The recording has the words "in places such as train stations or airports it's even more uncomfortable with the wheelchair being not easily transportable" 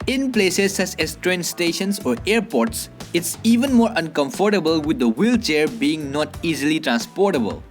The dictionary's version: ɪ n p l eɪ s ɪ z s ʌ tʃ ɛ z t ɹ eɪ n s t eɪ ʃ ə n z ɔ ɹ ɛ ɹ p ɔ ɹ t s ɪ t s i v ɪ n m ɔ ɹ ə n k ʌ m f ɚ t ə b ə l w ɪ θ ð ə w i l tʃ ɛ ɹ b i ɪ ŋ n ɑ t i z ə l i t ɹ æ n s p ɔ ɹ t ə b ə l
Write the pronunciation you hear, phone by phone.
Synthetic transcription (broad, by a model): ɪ n p l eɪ s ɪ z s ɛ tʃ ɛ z t ɹ eɪ n s t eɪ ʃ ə n s ɔ ɹ ɛ ɹ p ɔ ɹ t s ɪ t s i v ɪ n m ɔ ɹ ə n k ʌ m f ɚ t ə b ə l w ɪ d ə w i l tʃ ɛ ɹ b i ɪ ŋ n ɑ t i z ə l i t ɹ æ n s p ɔ ɹ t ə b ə l